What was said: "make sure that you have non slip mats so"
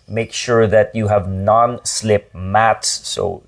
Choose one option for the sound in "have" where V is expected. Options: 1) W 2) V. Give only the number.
2